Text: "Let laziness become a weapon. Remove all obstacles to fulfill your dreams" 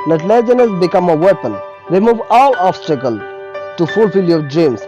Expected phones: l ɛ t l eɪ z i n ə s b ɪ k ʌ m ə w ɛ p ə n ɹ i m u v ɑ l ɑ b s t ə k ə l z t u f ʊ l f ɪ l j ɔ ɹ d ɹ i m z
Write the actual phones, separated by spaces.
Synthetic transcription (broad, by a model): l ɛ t l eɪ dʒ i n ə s b ɪ k ʌ m ə w ɛ p ə n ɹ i m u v ɑ l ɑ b s t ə k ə l t u f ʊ l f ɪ l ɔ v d ɹ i m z